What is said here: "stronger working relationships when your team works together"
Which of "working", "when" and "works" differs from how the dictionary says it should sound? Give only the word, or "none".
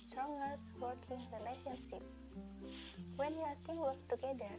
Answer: works